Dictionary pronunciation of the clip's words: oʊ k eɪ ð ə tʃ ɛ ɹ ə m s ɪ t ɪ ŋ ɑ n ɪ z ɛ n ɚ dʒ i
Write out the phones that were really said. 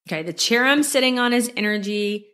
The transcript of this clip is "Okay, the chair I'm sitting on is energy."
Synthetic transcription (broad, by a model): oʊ k eɪ ð ə tʃ ɛ ɹ ə m s ɪ t ɪ ŋ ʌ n ɪ z ɛ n ɚ dʒ i